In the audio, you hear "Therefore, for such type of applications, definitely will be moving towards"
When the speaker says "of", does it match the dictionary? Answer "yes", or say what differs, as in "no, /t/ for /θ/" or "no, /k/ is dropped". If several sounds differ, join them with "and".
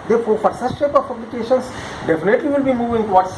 no, /p/ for /v/